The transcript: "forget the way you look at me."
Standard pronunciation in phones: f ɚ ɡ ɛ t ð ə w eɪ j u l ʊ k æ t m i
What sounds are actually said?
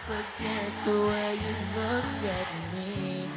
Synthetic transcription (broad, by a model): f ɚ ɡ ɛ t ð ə w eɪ j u l ʊ k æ t m i